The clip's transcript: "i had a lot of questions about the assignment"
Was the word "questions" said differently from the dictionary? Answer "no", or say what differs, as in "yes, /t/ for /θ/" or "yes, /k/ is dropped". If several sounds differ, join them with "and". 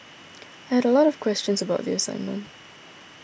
no